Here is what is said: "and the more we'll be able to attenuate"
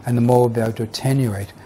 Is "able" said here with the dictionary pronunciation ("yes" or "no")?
no